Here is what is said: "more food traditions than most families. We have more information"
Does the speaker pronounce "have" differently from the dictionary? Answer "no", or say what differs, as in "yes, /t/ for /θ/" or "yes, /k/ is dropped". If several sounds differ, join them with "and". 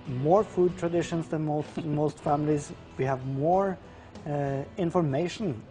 no